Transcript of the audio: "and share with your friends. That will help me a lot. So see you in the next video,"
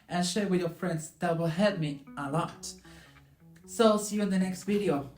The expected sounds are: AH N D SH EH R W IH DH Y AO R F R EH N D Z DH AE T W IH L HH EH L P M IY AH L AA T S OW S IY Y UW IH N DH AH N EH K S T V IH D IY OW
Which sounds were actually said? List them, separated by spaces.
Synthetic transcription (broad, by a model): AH N SH EH R W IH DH Y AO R F R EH N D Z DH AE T W IH L HH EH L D M IY AH L AA T S OW S IY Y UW IH N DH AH N EH K S T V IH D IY OW